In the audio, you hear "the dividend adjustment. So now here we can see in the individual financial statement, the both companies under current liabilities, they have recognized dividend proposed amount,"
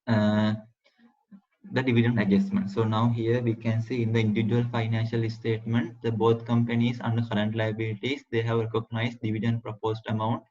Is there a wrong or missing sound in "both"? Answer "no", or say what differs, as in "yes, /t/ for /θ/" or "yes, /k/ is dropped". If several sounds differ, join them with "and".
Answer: yes, /t/ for /θ/